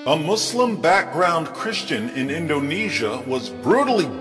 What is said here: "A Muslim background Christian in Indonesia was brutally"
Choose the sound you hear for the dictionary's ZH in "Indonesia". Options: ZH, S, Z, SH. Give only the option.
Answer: ZH